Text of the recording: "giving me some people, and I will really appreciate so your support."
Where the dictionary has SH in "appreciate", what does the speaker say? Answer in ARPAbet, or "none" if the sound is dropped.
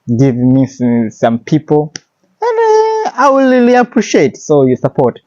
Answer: SH